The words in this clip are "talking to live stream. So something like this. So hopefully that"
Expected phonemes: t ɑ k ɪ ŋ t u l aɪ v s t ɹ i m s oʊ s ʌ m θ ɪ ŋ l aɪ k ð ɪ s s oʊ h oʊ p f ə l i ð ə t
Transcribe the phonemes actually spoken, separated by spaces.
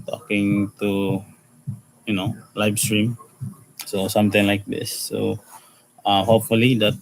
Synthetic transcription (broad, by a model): t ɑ k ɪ ŋ t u l aɪ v s t ɹ i m s oʊ s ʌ m t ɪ ŋ l aɪ k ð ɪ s s oʊ h oʊ p f ə l i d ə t